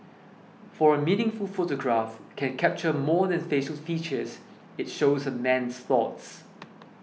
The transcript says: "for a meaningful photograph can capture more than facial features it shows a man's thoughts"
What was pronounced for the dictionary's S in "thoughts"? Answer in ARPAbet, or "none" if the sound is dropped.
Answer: S